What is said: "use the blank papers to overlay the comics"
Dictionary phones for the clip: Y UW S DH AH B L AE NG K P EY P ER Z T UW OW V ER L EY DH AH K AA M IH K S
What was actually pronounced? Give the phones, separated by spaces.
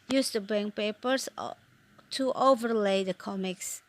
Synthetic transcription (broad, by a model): Y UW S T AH B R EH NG P EY P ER S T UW OW V ER L EY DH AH K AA M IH K S